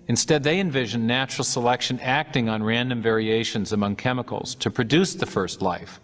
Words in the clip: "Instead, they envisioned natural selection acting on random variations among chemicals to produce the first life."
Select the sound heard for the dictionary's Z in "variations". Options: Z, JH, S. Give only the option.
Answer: Z